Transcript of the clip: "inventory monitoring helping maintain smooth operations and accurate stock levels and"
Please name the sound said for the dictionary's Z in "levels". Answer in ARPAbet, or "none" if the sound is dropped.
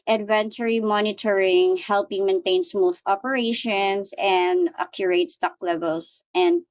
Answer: S